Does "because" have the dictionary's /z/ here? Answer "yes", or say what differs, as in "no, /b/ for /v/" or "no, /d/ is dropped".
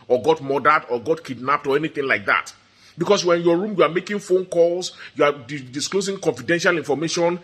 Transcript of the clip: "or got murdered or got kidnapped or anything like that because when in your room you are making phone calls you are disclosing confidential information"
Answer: no, /s/ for /z/